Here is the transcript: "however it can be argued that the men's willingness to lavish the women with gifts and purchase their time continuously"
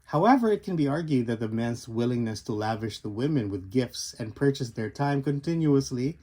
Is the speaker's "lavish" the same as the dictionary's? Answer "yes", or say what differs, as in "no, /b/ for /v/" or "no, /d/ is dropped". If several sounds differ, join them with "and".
yes